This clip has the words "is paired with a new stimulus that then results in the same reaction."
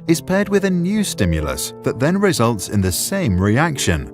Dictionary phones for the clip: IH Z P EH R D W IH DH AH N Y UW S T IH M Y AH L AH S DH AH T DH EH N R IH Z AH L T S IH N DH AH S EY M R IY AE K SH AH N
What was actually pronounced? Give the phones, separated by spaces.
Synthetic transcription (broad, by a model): IH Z P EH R D W IH DH AH N Y UW S T IH M Y AH L AH S DH AH T DH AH N R IH Z AH L T S IH N DH AH S EY M R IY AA K SH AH N